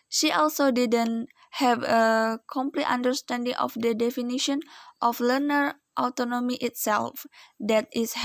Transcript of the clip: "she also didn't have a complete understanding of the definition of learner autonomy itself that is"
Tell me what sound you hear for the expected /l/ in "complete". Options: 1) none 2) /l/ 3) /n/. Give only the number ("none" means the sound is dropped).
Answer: 2